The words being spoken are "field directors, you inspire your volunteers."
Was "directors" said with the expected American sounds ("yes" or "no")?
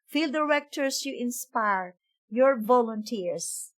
no